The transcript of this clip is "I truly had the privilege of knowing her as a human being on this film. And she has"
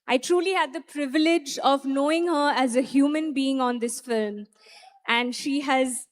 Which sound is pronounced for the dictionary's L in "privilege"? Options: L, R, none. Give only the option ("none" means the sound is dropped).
L